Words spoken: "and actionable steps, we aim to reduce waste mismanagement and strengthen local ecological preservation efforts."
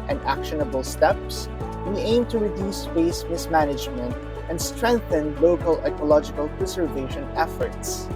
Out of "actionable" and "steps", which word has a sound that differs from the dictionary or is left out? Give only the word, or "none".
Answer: none